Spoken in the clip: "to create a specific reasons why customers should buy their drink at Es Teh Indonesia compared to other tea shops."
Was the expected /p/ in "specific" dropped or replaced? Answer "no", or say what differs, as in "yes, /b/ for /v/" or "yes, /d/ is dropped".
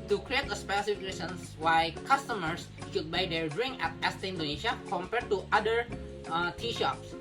no